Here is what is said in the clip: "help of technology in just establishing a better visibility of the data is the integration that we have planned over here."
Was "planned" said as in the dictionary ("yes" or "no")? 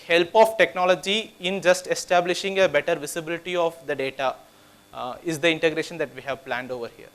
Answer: yes